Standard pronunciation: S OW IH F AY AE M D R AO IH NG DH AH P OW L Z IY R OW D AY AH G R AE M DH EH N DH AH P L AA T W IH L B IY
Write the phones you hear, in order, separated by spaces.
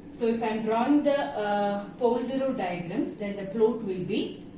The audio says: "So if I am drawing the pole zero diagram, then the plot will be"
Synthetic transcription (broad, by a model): S OW IH F AY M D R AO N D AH P OW L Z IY R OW D AY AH G R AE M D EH N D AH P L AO T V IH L B IY